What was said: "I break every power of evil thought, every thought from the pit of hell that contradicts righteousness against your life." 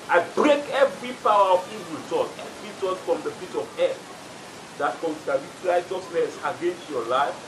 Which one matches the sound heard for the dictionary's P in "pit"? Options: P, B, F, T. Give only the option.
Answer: F